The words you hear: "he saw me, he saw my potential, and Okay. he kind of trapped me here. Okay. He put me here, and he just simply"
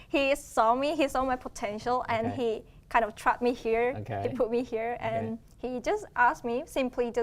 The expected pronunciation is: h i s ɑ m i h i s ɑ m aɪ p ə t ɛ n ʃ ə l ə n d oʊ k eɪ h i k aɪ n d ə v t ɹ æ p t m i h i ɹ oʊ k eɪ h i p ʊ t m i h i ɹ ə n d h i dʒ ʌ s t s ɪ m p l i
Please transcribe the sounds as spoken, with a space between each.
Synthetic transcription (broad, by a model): h i s ɑ m i h i s ɑ m aɪ p ə t ɛ n ʃ ə l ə n h i k aɪ n d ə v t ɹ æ t m i h i ɹ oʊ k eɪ h i p ʊ t m i h i ɹ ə n h i dʒ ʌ s t s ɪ m p l i